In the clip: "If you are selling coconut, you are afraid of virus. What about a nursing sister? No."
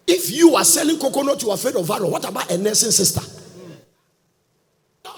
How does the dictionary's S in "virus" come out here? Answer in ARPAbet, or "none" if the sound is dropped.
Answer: none